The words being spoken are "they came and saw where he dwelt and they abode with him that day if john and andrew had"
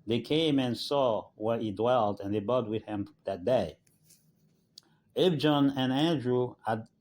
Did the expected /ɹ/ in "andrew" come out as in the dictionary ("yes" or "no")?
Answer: yes